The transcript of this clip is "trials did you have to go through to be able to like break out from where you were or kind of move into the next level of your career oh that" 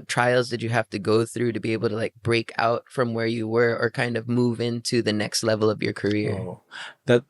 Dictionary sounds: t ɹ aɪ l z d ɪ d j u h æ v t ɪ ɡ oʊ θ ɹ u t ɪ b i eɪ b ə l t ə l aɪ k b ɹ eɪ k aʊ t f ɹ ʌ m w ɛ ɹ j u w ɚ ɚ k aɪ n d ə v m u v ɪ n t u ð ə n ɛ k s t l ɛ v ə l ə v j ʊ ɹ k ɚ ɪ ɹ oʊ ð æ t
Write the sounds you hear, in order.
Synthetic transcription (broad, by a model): t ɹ aɪ l z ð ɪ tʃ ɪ h æ f t ɪ ɡ oʊ θ ɹ u t ɪ b i eɪ b l t ə l aɪ k b ɹ eɪ k aʊ t f ɹ ʌ m w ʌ ɹ j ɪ w ɚ ɚ k aɪ n d ə v m u v ɪ n t u ð ə n ɛ k s t l ɛ v l ə v j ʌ ɹ k ɚ ɪ ɹ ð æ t